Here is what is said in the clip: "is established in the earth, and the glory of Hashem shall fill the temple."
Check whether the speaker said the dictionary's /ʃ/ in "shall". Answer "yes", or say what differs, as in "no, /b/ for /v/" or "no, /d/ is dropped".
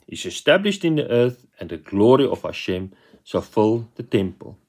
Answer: no, /s/ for /ʃ/